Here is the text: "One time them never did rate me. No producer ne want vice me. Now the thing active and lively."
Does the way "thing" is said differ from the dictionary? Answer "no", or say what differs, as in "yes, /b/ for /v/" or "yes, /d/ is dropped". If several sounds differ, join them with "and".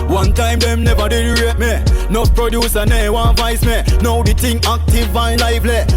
yes, /t/ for /θ/